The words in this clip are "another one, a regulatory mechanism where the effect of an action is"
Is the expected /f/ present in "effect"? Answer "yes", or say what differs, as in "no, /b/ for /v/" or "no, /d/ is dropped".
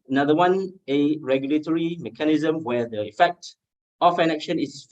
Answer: yes